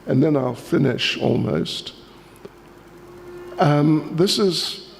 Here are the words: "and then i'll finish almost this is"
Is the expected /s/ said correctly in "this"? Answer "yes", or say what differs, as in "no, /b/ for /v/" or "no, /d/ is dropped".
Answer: yes